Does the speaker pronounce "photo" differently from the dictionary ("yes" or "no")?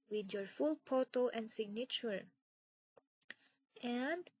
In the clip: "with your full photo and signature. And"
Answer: yes